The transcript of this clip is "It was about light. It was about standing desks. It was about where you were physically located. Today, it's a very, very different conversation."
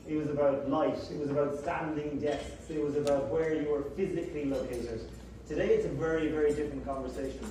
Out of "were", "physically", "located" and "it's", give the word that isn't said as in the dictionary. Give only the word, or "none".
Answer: none